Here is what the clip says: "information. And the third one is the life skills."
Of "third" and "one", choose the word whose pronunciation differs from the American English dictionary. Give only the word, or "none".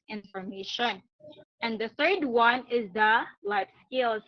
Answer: none